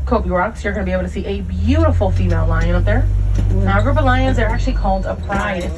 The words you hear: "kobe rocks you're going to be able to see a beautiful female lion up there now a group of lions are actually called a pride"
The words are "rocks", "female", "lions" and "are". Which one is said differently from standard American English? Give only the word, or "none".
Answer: none